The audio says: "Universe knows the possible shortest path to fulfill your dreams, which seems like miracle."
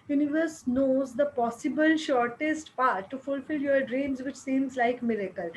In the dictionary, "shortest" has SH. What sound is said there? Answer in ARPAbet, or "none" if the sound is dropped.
SH